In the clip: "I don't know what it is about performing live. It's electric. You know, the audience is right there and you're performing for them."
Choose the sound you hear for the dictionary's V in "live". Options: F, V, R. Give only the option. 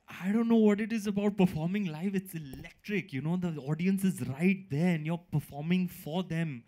F